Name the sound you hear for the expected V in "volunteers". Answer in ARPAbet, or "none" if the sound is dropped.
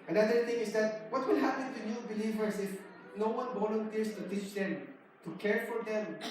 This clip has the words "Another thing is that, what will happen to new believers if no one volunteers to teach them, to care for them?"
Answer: B